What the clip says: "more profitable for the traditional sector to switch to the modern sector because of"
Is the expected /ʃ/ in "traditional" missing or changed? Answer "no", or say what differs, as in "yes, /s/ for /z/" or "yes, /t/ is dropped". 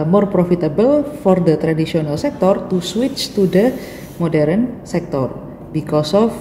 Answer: yes, /s/ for /ʃ/